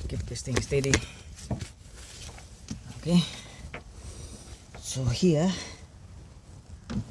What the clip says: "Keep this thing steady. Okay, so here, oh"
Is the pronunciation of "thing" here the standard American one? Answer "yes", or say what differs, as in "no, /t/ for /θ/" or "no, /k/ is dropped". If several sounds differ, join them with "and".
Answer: no, /t/ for /θ/